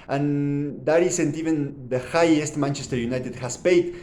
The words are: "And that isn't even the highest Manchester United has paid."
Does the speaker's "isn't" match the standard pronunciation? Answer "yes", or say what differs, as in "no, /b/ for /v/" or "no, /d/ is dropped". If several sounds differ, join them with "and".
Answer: no, /s/ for /z/